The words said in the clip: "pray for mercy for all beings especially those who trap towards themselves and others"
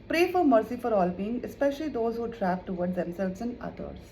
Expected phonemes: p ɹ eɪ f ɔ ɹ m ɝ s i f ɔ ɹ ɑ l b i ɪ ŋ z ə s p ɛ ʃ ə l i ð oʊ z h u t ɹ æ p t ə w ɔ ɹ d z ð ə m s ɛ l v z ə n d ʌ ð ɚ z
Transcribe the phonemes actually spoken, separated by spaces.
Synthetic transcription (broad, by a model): p ɹ eɪ f ɔ ɹ m ɝ s i f ɔ ɹ ɑ l b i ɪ ŋ ə s p ɛ ʃ ə l i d oʊ z h u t ɹ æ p t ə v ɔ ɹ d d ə m s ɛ l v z ə n d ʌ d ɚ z